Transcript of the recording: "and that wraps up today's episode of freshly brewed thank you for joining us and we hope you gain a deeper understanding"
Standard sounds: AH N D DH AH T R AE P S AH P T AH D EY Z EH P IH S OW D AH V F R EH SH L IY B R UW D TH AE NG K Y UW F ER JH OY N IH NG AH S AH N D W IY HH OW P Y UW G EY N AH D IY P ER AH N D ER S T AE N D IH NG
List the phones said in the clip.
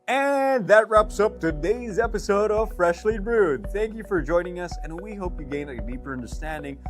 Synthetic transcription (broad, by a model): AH N DH AH T R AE P S AH P T AH D EY Z EH P IH S OW D AH V F R EH SH L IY B R UW D TH AE NG K Y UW F ER JH OY N IH NG AH S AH N W IY HH OW P Y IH G EY N AH D IY P ER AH N D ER S T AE N D IH NG